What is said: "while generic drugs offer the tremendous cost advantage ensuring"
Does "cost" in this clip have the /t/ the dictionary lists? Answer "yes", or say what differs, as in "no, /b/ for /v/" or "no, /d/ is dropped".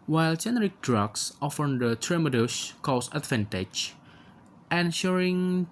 no, /t/ is dropped